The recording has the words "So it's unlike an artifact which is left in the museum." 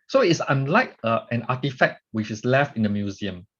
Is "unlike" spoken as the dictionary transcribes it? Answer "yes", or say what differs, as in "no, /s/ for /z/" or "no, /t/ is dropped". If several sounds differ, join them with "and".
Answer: yes